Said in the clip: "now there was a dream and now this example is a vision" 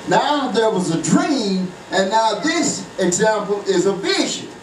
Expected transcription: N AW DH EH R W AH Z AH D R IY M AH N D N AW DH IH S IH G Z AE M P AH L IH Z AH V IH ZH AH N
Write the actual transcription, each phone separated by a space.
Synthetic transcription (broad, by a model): N AW DH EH R W AH Z AH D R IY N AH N N AW DH IH S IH G Z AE M P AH L IH Z AH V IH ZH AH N